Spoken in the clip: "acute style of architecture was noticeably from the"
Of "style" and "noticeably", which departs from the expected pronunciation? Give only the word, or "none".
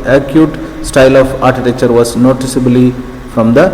none